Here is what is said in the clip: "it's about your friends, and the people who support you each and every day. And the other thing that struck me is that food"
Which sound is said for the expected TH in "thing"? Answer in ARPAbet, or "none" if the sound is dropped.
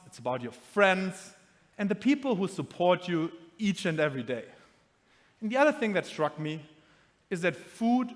TH